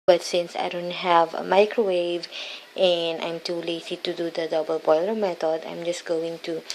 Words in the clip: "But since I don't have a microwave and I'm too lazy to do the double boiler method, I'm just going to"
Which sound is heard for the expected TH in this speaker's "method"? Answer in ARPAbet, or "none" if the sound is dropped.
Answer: T